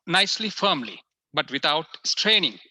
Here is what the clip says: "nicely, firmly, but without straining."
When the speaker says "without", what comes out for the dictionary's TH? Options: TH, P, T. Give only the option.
T